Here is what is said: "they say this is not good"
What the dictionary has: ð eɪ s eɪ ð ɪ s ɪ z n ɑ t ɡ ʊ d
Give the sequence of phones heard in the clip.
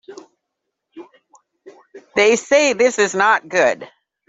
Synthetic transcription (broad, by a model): ð eɪ s eɪ ð ɪ s ɪ z n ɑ t ɡ ʊ d